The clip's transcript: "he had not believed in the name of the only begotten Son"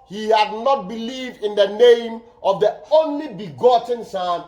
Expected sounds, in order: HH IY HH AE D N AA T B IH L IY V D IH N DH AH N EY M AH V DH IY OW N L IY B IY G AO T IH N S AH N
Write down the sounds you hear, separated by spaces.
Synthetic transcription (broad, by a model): HH IY HH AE D N AA T B IH L IY V D IH N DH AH N EY M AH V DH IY OW N L IY B IY G AO T IH N S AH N